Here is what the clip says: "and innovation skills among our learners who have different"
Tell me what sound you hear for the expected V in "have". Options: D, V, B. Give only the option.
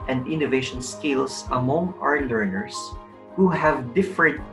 V